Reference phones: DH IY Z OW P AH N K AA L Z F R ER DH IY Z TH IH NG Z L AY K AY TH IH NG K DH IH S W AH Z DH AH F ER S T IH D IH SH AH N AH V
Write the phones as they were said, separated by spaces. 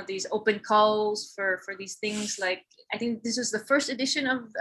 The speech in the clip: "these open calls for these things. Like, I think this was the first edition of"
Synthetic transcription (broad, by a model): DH IY Z OW P AH N K AA L Z F R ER DH IY Z TH IH NG Z L AY K AY TH IH NG K DH IH S W AH Z DH AH F ER S T IH D IH SH AH N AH V